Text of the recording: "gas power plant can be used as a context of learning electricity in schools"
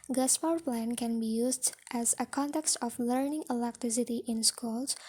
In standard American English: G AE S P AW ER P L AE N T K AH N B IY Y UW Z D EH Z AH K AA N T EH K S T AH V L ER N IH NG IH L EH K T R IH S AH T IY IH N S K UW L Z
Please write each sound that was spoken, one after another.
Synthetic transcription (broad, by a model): G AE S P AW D P L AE N K AH N B IY Y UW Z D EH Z AH K AA N T EH K S T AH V L ER N IH NG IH L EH K T R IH S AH T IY IH N S K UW L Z